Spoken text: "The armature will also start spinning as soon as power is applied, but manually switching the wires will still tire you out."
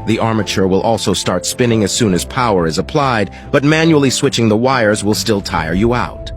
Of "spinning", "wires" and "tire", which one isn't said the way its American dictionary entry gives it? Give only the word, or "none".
none